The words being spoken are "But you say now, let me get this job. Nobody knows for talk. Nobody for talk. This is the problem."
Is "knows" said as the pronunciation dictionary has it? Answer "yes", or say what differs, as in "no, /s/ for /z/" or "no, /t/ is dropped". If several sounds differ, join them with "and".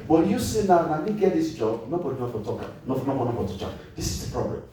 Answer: no, /z/ is dropped